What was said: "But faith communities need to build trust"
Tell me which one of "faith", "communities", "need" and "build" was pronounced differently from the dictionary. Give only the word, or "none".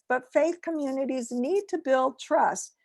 none